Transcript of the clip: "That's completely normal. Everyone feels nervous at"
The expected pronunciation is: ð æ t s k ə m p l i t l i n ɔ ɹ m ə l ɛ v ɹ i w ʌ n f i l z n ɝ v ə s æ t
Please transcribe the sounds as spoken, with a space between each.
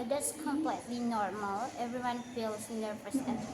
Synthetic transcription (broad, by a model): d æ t s k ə m p l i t l i n ɔ ɹ m ə l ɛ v ɹ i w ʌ n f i l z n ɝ p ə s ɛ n